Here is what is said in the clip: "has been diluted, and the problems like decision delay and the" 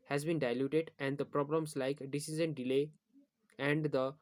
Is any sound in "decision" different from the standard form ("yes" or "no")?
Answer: yes